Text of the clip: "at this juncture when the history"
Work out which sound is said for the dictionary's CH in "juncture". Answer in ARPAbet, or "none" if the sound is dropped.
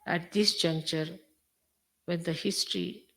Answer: CH